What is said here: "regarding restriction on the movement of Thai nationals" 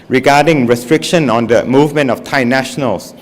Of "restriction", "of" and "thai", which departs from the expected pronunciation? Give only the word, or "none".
of